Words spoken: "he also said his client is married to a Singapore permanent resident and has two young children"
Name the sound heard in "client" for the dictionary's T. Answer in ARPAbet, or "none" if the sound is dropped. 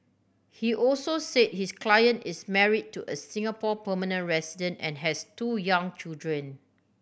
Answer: T